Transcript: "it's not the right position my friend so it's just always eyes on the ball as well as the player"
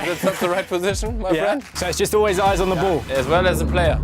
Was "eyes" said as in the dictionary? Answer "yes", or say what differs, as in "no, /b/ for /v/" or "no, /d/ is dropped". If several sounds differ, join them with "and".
yes